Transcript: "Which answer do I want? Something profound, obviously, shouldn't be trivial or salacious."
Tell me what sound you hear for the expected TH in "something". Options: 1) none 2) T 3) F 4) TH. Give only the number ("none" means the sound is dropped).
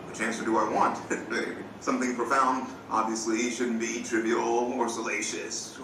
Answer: 4